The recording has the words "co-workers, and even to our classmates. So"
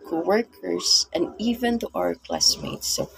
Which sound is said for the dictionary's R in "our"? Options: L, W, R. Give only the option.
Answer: R